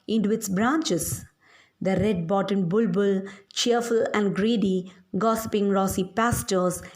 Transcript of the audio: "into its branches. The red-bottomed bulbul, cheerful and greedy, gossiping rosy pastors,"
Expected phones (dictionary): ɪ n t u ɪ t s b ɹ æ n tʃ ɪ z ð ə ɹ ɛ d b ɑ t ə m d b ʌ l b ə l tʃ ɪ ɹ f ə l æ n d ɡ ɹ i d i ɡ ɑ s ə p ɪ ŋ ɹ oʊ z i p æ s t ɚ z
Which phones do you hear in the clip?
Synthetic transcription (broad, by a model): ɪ n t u ɪ t s b ɹ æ n tʃ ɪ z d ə ɹ ɛ d b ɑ t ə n b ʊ l b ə l tʃ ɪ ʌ f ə l æ n d ɡ ɹ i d i ɡ ɑ s ə p ɪ ŋ ɹ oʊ s i p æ s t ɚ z